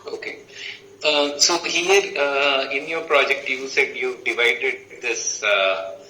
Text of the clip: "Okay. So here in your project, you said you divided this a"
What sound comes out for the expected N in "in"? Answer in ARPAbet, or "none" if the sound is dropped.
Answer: N